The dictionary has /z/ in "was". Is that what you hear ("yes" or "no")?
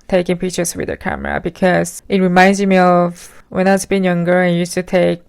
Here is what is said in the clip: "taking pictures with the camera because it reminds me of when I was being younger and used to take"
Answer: no